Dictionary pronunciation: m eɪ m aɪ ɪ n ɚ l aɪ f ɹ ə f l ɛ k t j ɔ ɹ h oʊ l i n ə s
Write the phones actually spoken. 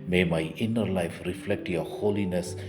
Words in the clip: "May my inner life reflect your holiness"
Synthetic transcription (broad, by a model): m eɪ m aɪ ɪ n ɚ l aɪ f ɹ ə f l ɛ k t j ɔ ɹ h oʊ l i n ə s